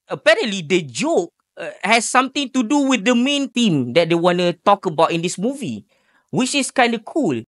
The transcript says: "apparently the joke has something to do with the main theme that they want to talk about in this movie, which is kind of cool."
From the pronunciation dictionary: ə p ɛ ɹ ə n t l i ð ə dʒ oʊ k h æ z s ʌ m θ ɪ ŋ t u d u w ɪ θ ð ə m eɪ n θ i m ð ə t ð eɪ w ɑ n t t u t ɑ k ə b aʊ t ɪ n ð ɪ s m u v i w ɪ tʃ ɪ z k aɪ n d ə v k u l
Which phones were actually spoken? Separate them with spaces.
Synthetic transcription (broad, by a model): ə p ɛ ɹ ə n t l i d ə dʒ oʊ k h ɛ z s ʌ m t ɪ ŋ t u d u w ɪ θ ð ə m eɪ n t i m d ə t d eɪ w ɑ n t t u t ɑ k ə b aʊ t ɪ n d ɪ s m u v i w ɪ tʃ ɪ s k aɪ n d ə k u l